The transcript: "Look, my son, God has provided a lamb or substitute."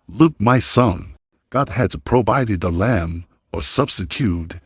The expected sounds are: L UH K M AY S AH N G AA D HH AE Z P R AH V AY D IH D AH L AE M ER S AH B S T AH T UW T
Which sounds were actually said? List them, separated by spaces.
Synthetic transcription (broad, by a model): L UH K M AY S AH N G AA D HH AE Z P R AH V AY D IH D AH L AE M ER S AH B S T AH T UW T